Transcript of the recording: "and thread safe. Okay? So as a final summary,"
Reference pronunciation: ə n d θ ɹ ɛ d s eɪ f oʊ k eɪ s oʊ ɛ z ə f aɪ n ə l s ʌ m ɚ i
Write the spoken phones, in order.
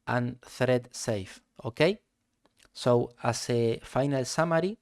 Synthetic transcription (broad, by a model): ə n θ ɹ ɛ d s eɪ f oʊ k eɪ s oʊ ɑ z ə f aɪ n ə l s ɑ m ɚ i